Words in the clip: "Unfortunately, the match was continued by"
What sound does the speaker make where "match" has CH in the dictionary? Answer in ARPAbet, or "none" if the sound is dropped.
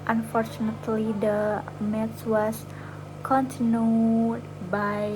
S